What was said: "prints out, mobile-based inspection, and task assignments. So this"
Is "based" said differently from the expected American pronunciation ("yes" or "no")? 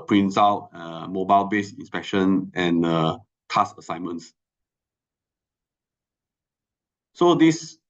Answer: yes